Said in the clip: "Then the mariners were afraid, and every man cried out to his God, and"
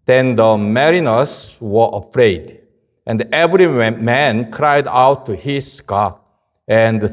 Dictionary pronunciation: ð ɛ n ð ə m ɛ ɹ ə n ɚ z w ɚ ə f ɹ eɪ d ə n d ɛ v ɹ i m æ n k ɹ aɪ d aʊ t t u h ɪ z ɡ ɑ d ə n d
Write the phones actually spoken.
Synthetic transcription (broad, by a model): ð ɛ n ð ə m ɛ ɹ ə n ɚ s w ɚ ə f ɹ eɪ d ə n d ɛ v ɹ i m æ n k ɹ aɪ d aʊ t t u h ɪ s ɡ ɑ ə n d